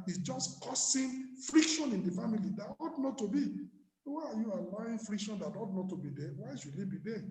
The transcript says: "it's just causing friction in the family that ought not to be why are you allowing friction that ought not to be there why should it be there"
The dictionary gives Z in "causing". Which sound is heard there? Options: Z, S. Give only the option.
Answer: S